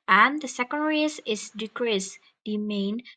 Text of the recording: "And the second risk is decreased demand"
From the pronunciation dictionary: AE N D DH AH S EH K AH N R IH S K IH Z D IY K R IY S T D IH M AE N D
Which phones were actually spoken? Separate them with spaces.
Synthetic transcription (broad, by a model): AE N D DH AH S EH K AH N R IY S IH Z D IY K R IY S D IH M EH N